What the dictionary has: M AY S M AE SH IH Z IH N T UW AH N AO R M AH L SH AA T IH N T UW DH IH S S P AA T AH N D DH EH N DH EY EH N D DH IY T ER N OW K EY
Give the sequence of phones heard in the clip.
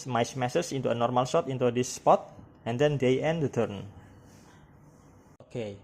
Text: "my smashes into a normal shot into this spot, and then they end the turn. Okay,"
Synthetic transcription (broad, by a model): M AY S M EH S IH S IH N T UW AH N AO R M AH L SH AA T IH N T UW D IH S S P AA T AH N D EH N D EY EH N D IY T ER N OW K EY